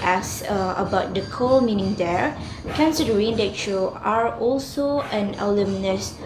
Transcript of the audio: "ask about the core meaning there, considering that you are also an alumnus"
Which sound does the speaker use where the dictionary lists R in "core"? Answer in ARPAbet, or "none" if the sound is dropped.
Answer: L